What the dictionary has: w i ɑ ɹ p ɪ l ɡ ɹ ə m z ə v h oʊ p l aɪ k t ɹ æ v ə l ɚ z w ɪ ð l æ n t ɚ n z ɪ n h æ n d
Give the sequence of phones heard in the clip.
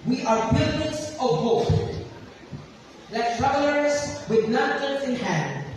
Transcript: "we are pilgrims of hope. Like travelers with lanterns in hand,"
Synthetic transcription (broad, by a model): w i ɑ ɹ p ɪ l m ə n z ə v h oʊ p l aɪ k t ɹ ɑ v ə l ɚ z w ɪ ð n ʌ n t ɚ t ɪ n h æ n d